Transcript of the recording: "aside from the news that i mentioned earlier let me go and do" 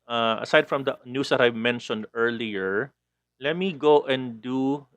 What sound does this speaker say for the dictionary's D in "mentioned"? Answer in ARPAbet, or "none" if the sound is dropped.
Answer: D